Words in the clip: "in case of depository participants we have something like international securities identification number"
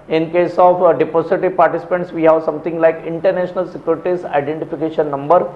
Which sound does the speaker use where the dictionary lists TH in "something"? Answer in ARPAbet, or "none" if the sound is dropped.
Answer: T